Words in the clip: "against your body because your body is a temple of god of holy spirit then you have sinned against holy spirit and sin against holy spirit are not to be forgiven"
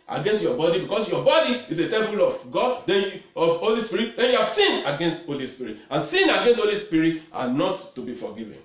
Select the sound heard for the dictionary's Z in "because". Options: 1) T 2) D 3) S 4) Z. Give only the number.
3